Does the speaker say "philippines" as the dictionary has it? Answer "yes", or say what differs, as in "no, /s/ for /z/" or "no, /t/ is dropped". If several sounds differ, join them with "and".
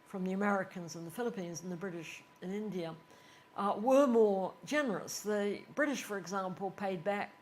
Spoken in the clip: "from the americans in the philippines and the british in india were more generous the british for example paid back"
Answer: yes